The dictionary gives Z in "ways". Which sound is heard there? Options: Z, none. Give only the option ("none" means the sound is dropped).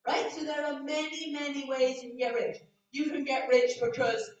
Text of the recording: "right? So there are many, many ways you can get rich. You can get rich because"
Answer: Z